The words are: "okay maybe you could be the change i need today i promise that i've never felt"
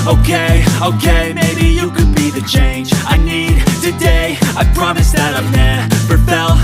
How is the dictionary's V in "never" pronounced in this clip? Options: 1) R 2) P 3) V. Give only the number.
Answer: 2